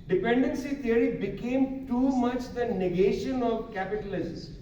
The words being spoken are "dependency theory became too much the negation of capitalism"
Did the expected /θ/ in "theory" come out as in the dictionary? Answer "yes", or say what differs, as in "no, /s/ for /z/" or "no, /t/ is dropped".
no, /t/ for /θ/